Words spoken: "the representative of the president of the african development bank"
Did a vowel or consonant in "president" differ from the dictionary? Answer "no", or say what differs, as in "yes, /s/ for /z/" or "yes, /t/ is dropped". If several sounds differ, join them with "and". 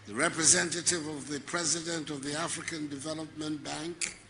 no